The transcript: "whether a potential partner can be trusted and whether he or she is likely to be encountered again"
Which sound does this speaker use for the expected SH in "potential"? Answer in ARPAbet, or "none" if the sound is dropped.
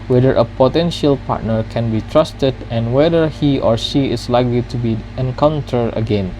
SH